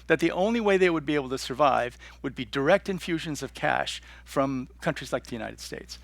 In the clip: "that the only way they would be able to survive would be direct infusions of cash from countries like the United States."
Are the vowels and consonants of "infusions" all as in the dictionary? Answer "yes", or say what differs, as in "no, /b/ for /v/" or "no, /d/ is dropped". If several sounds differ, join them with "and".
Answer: yes